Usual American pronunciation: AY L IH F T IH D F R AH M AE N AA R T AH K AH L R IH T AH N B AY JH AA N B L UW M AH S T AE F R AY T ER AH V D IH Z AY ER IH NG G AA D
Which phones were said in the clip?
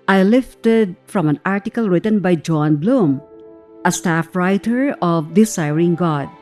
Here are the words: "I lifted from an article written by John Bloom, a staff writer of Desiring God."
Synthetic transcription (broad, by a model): AY L IH F T IH D F R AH M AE N AA R T AH K AH L R IH T AH N B AY JH AA N B L UW M AH S T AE F R AY T ER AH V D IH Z AY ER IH NG G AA D